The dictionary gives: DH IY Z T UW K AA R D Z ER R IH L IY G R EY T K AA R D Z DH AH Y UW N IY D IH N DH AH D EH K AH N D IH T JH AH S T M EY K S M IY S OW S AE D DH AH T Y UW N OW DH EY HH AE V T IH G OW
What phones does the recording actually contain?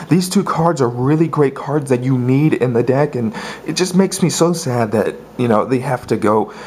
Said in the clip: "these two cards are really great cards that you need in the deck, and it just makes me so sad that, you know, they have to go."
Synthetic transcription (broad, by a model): DH IY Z T UW K AA R D Z ER R IH L IY G R EY T K AA R D Z DH AH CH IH N IY D IH N DH AH D EH K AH N IH T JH AH S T M EY K S M IY S OW S AE D DH AH T Y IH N OW DH EY HH AE F T IH G OW